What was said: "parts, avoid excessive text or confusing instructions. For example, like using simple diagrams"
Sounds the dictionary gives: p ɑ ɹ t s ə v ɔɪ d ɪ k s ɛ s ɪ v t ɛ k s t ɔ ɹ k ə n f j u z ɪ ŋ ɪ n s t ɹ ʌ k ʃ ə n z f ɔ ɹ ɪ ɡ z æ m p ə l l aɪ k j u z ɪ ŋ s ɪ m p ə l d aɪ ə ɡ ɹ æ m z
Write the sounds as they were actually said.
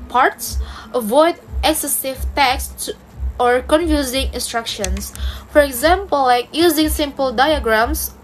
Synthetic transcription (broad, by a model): p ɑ ɹ t s ə v ɔɪ d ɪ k s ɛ s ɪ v t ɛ k s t ɔ ɹ k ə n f j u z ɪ ŋ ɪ n s t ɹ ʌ k ʃ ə n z f ɔ ɹ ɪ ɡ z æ m p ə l l aɪ k j u z ɪ ŋ s ɪ m p ə l d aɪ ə ɡ ɹ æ m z